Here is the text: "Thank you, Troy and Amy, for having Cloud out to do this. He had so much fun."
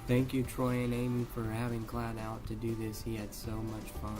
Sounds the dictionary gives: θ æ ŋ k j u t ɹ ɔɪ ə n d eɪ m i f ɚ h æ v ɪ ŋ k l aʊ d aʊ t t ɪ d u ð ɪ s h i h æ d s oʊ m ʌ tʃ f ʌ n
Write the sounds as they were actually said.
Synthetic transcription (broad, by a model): θ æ ŋ k j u t ɹ ɔɪ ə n eɪ m i f ɚ h æ v ɪ ŋ k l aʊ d aʊ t t ɪ d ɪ ð ɪ s h i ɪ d s oʊ m ʌ tʃ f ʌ